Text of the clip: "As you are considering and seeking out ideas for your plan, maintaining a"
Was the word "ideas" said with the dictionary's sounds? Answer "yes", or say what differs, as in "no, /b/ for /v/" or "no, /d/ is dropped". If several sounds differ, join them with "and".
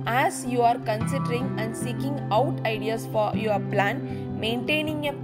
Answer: no, /s/ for /z/